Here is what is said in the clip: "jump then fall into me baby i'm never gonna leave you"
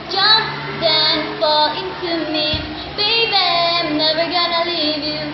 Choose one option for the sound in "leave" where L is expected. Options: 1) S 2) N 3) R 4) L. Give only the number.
4